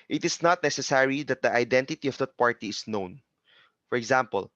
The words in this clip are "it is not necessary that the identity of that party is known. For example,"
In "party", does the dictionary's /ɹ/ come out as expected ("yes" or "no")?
yes